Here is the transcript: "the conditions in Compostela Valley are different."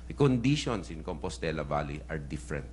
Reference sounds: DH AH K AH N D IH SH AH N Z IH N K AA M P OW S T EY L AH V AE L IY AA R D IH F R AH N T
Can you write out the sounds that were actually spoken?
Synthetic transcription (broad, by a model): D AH K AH N D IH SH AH N S IH N K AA M P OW S T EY L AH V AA L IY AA R D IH F R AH N T